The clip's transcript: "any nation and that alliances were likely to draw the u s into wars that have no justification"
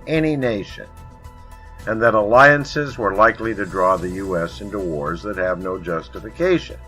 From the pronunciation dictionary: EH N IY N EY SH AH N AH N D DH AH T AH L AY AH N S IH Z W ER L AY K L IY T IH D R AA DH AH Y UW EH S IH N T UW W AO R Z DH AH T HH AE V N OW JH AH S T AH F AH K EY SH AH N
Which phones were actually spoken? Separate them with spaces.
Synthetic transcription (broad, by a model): EH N IY N EY SH AH N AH N DH AH T AH L AY AH N S IH Z W ER L AY K L IY T IH D R AA DH AH Y UW EH S IH N T UW W AO R Z DH AH T HH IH V N OW JH AH S T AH F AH K EY SH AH N